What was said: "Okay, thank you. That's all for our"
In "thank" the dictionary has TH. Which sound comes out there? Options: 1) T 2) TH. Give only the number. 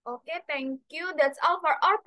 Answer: 1